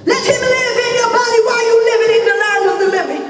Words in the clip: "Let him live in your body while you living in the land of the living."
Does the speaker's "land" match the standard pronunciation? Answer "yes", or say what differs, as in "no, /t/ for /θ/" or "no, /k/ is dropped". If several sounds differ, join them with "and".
no, /n/ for /l/